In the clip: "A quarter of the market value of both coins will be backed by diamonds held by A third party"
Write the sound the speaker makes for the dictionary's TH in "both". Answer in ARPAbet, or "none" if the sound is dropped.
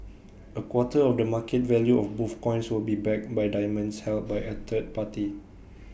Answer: F